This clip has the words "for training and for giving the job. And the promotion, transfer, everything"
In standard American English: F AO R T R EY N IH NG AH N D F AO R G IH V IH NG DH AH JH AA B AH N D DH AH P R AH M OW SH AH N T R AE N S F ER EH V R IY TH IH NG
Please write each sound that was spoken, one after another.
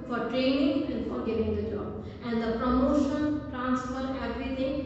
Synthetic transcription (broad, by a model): F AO R T R EY N IH NG AH N D F AO R G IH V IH NG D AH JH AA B AH N D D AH P R AH M OW SH AH N T R AE N S F ER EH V R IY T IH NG